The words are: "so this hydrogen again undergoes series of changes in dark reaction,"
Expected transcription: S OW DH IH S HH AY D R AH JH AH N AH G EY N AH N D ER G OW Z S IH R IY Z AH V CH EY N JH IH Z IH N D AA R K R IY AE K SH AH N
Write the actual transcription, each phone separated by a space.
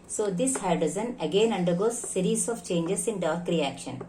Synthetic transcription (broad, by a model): S OW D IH S HH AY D AH Z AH N AH G EY N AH N D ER G OW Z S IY R IY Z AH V CH EY N JH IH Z IH N D AA R K R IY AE K SH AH N